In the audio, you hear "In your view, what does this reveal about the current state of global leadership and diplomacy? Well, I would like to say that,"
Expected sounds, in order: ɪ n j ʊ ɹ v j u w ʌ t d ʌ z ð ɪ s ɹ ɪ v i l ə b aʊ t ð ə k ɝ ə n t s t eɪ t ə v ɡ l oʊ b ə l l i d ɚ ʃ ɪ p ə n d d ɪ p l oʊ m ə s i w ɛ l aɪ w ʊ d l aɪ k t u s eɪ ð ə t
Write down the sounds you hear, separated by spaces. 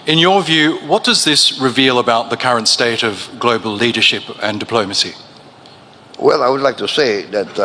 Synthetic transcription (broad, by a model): ɪ n j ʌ ɹ v j u w ʌ t d ʌ z ð ɪ s ɹ ɪ v i l ə b aʊ t ð ə k ɝ ə n t s t eɪ t ə v ɡ l oʊ b ə l l i d ɚ ʃ ɪ p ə n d d ɪ p l oʊ m ə s i w ɛ l aɪ w ʊ d l aɪ k t u s eɪ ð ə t